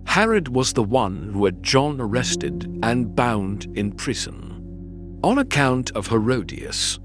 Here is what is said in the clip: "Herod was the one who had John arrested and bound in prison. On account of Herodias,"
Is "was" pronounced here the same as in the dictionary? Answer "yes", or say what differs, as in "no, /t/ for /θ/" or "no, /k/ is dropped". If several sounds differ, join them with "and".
yes